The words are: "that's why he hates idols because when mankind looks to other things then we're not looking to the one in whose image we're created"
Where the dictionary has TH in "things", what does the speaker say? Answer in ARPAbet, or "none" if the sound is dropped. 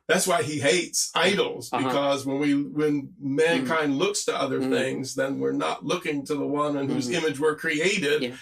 TH